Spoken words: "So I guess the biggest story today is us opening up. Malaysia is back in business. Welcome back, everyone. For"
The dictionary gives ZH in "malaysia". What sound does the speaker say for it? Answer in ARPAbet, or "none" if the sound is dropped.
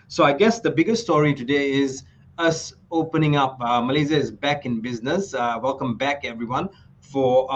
Z